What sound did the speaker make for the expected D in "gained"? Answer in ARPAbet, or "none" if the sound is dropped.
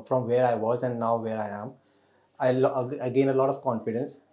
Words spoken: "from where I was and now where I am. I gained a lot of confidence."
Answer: none